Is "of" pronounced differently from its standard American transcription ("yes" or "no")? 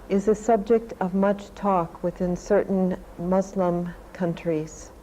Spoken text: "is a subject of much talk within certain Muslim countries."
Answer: no